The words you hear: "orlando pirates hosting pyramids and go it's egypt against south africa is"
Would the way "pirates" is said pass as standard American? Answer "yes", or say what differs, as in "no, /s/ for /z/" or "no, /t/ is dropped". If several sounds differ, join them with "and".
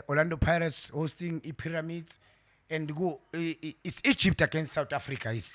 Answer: yes